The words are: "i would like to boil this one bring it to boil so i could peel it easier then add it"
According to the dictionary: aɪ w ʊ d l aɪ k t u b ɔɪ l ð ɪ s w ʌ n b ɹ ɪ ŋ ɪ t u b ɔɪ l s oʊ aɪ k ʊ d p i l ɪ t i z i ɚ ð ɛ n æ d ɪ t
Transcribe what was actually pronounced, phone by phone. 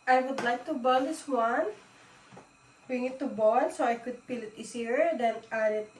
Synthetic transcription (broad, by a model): aɪ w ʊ d l aɪ k t u b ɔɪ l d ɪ s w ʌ n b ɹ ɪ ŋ ɪ t u b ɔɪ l s oʊ aɪ k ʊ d p i l ɪ t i s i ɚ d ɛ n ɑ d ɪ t